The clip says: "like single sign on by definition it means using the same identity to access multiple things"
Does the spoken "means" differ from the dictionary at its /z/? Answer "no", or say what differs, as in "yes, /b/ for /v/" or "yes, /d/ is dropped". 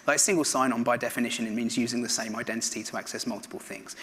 no